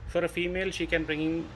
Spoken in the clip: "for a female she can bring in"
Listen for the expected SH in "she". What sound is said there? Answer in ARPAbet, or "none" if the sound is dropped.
SH